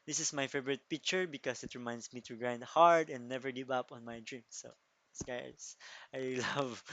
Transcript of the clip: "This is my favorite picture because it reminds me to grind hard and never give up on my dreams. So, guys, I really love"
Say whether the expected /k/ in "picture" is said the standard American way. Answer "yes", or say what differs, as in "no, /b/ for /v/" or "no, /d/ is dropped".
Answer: yes